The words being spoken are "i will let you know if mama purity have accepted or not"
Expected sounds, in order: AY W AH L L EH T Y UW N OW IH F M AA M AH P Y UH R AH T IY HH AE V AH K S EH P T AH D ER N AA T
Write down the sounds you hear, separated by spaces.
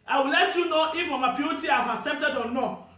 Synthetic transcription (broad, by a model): AY W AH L L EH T Y UW N OW IH F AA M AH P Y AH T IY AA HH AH S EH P T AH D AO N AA